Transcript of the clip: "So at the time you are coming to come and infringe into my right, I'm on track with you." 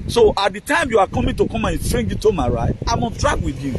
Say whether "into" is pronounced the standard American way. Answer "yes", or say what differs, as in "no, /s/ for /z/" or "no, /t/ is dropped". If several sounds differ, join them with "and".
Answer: no, /n/ is dropped